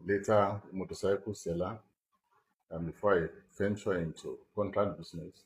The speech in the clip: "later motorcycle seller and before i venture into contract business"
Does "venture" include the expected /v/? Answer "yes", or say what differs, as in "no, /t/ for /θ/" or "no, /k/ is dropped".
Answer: no, /f/ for /v/